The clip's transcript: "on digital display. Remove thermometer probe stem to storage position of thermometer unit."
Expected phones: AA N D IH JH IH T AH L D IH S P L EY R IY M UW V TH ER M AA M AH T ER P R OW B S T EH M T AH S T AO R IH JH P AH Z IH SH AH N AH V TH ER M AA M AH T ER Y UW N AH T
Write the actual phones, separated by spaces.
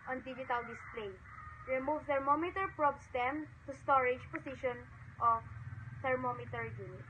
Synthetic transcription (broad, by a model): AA N D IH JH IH T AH L D IH S P L EY R IY M UW V T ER M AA M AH T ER P R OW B S T EH M T AH S T AO R IH JH P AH S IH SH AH N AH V T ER M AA M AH T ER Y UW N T